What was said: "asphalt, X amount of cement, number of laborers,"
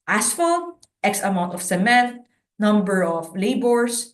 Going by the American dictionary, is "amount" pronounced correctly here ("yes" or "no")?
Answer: yes